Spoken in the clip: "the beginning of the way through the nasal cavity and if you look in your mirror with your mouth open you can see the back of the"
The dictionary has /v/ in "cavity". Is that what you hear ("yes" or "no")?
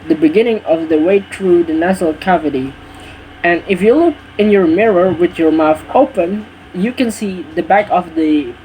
yes